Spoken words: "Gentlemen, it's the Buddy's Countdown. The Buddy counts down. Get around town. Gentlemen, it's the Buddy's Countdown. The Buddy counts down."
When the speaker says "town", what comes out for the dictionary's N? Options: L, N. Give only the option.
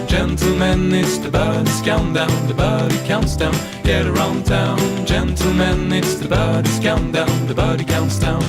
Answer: N